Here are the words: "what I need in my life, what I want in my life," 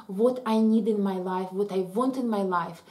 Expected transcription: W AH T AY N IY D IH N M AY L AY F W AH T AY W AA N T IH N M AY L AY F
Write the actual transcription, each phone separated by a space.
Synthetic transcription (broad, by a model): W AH T AY N IY D IH N M AY L AY F W AH T AY W AA N T IH N M AY L AY F